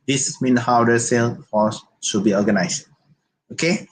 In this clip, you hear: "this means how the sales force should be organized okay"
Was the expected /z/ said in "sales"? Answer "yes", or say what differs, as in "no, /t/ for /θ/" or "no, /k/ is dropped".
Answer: no, /z/ is dropped